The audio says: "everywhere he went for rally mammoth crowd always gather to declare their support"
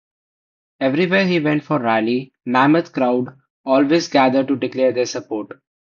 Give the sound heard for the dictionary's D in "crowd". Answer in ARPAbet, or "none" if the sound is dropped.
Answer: D